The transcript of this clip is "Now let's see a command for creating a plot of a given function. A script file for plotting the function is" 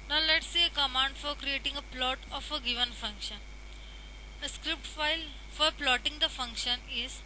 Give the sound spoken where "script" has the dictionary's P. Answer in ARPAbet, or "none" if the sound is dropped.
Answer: P